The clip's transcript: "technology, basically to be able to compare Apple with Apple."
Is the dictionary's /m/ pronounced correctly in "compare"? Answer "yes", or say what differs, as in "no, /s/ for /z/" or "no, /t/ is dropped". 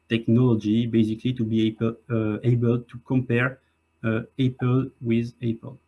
yes